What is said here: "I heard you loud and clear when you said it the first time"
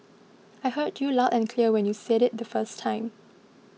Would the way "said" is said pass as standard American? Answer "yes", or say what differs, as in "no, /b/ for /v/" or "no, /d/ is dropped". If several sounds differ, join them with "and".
yes